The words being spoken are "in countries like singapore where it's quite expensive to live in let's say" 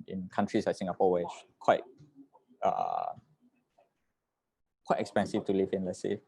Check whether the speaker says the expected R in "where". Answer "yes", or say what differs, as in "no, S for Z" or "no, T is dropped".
no, W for R